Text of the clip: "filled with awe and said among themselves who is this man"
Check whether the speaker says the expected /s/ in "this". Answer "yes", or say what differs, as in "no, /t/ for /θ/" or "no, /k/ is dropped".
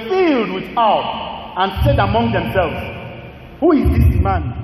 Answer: no, /s/ is dropped